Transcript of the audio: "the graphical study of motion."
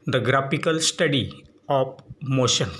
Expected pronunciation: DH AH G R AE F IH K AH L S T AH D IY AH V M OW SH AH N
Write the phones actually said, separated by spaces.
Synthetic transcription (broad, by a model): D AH G R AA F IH K AH L S T AH D IY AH P M OW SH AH N